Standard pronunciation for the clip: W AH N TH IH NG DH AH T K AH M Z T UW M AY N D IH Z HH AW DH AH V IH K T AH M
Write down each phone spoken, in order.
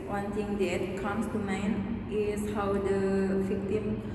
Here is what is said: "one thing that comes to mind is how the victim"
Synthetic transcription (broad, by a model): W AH N T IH NG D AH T K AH M S T UW M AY N IH S HH AW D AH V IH K T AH M